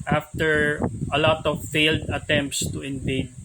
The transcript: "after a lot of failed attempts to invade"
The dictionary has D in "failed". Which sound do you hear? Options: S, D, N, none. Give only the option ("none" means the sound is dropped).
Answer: D